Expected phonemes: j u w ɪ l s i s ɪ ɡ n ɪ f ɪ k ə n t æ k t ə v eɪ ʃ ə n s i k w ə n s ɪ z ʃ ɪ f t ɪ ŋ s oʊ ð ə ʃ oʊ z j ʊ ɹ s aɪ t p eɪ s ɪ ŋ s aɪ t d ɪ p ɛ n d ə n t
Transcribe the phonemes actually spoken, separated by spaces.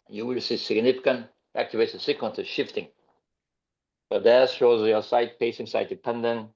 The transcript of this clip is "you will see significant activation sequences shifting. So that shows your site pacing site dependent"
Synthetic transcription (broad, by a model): j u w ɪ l s i s ɪ ɡ n ɪ f ɪ k ə n t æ k t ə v eɪ s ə s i k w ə n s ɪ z ʃ ɪ f t ɪ ŋ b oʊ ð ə ʃ oʊ z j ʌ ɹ s aɪ t p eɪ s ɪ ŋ s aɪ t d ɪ p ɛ n d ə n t